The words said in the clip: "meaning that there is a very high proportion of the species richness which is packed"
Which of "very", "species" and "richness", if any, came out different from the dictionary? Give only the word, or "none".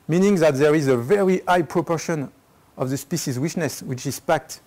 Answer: richness